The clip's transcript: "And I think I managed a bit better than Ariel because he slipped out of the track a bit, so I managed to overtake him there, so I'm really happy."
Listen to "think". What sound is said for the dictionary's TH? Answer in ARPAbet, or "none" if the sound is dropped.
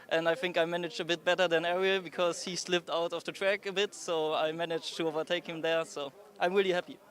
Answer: TH